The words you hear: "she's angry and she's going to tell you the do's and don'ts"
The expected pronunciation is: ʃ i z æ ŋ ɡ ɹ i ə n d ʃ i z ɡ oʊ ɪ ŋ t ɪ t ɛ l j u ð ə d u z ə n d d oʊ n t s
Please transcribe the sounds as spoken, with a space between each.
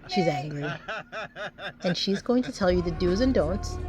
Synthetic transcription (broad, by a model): ʃ i z æ ŋ ɡ ɹ i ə n ʃ i z ɡ oʊ ɪ ŋ t ɪ t ɛ l j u ð ə d u z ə n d d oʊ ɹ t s